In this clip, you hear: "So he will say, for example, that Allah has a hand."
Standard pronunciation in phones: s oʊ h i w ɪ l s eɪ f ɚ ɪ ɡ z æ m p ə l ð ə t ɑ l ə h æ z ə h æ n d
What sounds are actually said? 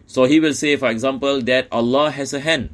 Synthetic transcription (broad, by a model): s oʊ h i w ɪ l s eɪ f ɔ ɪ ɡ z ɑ m p ə l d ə t ɑ l ə h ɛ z ə h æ n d